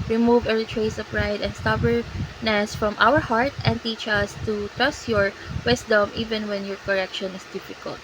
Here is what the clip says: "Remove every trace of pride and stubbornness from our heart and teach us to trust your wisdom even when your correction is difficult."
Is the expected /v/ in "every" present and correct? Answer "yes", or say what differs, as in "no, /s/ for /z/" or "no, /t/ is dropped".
no, /v/ is dropped